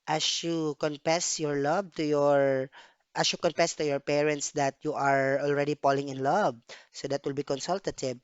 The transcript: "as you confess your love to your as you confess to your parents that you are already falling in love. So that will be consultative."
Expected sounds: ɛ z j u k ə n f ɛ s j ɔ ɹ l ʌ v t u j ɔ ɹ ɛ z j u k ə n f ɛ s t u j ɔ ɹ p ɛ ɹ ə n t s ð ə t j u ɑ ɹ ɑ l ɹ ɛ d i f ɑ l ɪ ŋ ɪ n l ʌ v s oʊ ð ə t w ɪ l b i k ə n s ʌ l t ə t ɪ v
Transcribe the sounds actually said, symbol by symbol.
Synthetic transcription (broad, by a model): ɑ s j u k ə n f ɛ s j ɔ ɹ l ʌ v t u j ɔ ɹ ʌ s j u k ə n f ɛ s t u j ɔ ɹ p ɛ ɹ ə n t s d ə t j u ɑ ɹ ɑ l ɹ ɛ d i p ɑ l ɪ ŋ ɪ n l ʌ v s oʊ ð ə t w ɪ l b i k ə n s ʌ l t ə t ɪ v